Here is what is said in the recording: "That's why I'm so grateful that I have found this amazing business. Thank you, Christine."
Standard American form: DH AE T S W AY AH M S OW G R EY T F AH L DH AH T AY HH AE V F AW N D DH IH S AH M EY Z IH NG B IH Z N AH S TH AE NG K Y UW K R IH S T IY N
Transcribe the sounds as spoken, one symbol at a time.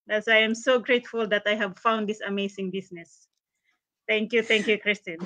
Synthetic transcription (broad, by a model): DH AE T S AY AH M S OW G R EY T F AH L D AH T AY HH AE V F AW N D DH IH S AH M EY S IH NG B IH S N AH S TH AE NG K Y UW K R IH S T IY N